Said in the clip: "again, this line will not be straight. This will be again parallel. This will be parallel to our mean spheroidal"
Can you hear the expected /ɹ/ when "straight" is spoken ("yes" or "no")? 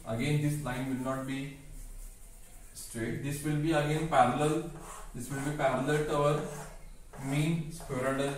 yes